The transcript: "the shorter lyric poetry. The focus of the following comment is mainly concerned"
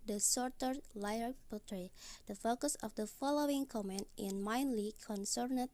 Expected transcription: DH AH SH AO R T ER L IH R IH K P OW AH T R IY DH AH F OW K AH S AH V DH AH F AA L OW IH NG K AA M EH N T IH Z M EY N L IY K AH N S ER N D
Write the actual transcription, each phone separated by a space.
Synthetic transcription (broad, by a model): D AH S AO R T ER L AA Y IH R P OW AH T R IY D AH F OW K AH S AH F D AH F AA L OW IH NG K AA M EH N T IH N M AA N L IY K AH N S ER N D